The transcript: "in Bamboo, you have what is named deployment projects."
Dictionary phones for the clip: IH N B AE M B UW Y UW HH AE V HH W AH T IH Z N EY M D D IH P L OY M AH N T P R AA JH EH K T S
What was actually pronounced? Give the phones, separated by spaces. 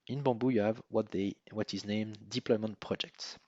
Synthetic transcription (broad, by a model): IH N B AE B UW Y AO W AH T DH W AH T IH Z N EY M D D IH P L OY M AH N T P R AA JH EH K T S